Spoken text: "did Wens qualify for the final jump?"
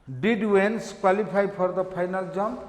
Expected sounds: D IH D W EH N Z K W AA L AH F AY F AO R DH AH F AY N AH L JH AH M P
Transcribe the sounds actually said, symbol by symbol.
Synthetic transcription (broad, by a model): D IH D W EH N S K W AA L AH P AY P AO R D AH P AY N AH L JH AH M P